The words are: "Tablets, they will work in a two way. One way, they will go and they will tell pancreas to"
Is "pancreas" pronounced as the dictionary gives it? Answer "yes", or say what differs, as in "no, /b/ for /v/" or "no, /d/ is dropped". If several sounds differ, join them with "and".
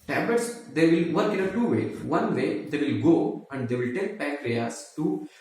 no, /n/ is dropped